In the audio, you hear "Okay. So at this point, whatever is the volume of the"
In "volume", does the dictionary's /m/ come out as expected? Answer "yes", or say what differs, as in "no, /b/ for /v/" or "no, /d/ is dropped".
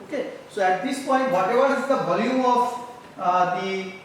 no, /m/ is dropped